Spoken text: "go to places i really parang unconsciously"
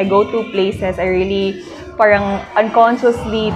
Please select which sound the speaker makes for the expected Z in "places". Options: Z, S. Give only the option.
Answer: S